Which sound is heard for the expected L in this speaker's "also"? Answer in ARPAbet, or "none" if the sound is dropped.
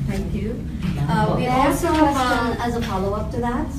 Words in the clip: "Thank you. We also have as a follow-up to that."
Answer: none